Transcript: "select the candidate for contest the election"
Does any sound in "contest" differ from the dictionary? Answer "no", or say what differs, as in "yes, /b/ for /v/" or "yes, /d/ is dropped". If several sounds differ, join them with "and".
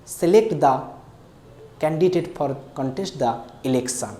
no